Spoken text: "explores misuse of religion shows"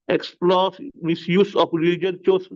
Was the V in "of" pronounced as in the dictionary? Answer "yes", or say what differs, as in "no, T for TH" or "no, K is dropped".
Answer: no, P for V